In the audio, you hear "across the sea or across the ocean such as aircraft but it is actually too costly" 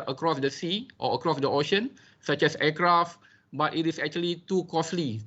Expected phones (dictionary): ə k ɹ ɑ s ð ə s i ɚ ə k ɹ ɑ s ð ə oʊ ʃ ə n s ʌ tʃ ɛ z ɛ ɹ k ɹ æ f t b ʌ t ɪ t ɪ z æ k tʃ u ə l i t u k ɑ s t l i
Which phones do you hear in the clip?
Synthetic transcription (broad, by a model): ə k ɹ ɑ s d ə s i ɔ ə k ɹ ɑ s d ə oʊ ʃ ə n s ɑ tʃ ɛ s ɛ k ɹ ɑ f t b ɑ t ɪ t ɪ s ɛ k tʃ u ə l i t u k ɑ s l i